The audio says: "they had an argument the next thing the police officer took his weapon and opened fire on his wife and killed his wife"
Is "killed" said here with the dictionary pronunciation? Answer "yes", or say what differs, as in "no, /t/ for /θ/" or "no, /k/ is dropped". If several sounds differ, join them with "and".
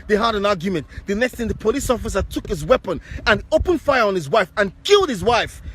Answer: yes